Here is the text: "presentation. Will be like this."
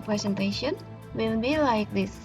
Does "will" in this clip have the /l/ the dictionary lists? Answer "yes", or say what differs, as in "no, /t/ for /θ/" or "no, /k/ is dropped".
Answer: no, /n/ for /l/